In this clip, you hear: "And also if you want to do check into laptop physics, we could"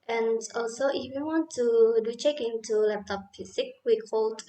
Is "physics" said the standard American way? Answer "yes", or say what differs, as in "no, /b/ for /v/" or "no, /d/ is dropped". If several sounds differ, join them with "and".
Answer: no, /s/ is dropped